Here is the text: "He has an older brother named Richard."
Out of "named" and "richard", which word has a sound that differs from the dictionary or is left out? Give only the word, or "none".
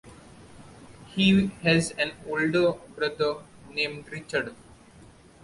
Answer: none